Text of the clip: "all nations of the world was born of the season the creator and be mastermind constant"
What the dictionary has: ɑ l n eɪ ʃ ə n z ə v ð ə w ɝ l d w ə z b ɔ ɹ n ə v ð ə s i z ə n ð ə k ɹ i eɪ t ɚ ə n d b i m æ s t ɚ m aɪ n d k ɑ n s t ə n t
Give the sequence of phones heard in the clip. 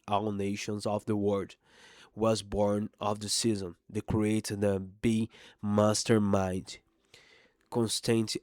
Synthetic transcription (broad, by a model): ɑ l n eɪ ʃ ə n z ə v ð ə w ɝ d w ə z b ɔ ɹ n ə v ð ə s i z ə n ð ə k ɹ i eɪ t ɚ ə b i m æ s t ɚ m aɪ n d k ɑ n s t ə n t